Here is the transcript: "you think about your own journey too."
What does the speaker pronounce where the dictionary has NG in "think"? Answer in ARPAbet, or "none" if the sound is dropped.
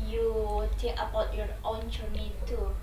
none